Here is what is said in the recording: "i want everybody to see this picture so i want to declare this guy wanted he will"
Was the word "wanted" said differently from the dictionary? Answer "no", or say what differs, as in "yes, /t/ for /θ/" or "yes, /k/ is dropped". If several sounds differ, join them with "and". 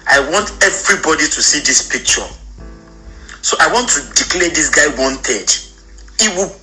no